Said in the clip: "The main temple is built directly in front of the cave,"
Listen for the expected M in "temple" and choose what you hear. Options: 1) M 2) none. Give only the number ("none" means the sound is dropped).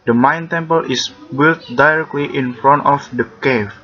1